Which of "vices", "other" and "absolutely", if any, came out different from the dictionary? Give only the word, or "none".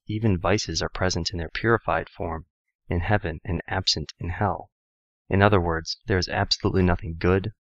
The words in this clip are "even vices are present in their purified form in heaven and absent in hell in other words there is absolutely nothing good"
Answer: none